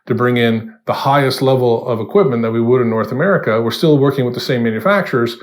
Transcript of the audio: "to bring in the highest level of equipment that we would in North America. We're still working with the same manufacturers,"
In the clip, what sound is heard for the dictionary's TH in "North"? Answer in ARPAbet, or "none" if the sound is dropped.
TH